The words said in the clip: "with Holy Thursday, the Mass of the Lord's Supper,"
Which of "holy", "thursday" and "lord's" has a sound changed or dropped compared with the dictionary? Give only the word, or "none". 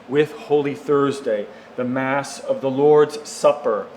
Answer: none